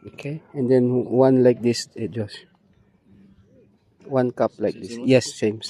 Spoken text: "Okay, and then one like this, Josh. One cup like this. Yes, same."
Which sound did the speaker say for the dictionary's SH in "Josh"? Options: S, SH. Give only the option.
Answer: S